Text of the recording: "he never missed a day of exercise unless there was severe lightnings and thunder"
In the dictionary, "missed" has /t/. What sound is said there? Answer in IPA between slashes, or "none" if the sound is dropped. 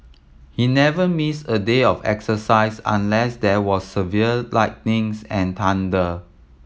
none